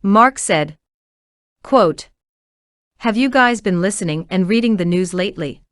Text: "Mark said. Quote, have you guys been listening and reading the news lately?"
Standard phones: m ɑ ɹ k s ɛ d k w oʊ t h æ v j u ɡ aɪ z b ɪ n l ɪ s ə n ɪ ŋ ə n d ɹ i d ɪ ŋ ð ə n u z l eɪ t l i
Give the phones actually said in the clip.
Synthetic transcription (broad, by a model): m ɑ ɹ k s ɛ d k w oʊ t h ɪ v j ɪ ɡ aɪ z b ɪ n l ɪ s ə n ɪ ŋ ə n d ɹ i d ɪ ŋ ð ə n u z l eɪ t l i